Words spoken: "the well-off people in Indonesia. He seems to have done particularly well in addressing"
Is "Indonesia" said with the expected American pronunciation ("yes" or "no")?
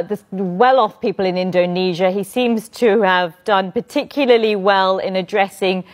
yes